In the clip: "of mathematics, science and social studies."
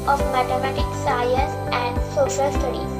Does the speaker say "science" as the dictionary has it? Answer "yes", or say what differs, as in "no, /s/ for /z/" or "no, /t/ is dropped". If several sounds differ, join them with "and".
no, /n/ is dropped